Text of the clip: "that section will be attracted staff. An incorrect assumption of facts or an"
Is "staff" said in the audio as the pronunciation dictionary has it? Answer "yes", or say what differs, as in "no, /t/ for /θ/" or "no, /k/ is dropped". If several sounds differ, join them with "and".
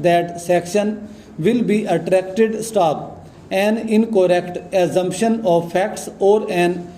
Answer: no, /p/ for /f/